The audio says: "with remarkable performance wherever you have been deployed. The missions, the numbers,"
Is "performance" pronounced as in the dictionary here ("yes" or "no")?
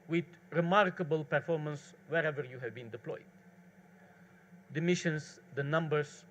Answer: yes